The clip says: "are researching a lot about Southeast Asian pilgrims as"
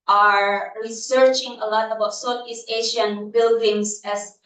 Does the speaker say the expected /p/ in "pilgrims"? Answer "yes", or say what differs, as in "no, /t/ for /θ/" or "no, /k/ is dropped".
no, /b/ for /p/